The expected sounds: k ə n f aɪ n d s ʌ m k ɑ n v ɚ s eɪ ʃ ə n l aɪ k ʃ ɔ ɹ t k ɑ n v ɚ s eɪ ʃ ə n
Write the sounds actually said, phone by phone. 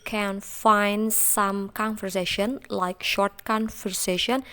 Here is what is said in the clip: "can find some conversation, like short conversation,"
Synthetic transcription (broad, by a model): k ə n f aɪ n d s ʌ m k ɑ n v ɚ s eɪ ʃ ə n l aɪ k ʃ ɔ ɹ t k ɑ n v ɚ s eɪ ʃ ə n